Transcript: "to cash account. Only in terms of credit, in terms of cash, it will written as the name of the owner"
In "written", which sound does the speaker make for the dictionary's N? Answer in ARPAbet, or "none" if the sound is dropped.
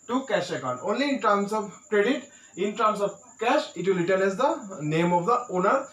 L